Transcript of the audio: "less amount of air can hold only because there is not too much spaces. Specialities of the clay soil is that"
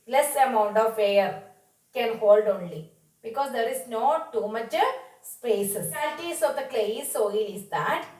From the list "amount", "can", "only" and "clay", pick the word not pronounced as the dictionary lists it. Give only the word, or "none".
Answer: none